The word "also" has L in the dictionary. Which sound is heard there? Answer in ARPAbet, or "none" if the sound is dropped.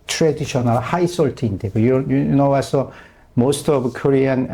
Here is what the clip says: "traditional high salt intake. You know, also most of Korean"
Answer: none